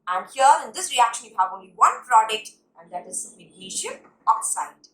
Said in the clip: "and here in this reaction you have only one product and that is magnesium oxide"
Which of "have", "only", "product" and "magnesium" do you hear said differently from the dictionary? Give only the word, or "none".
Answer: magnesium